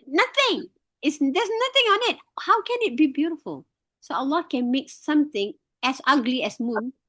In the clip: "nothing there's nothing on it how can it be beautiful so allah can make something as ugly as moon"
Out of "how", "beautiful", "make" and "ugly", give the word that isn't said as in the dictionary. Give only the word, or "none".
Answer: none